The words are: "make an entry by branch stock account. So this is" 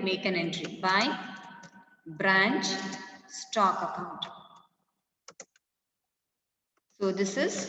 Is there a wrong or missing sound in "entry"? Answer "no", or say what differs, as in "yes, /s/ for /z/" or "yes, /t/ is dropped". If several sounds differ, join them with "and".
no